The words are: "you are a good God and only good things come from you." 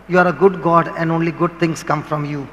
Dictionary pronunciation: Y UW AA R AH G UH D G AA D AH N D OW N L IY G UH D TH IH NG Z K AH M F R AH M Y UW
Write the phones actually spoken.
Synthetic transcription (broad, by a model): Y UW AA R AH G UH D G AA D AH N D OW N L IY G UH D T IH NG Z K AH M F R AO M Y UW